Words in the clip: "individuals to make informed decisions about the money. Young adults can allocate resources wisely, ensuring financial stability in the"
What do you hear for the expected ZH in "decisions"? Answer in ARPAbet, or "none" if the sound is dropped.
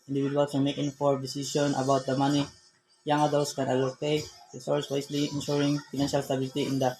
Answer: S